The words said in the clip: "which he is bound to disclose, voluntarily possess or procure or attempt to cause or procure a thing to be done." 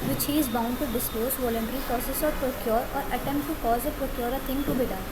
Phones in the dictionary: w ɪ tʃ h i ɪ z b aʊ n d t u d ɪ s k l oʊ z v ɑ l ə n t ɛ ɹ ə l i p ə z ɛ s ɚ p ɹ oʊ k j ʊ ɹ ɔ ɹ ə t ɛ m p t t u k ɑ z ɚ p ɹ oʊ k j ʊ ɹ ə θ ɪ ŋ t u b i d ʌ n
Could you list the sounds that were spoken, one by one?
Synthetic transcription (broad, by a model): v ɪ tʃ h i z b aʊ n d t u d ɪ s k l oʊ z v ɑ l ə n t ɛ ɹ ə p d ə s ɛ s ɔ p ɹ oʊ k j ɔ ɹ ɔ ɹ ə t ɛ m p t t u k ɑ z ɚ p ɹ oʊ k j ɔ ɹ ə t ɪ ŋ t u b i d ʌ